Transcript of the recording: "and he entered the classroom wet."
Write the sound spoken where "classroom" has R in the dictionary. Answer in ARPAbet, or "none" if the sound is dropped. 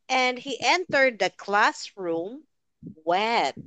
R